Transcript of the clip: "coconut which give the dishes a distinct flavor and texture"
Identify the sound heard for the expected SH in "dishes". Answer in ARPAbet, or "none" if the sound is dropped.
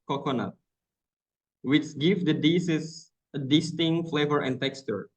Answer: S